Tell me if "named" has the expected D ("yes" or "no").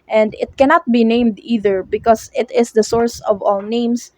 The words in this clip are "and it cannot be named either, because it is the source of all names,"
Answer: yes